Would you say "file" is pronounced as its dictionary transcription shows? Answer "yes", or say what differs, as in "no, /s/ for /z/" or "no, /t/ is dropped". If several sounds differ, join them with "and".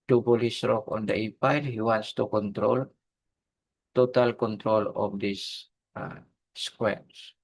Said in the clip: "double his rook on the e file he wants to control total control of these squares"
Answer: no, /p/ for /f/